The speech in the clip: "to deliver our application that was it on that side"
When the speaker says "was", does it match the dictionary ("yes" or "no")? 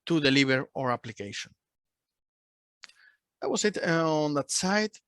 no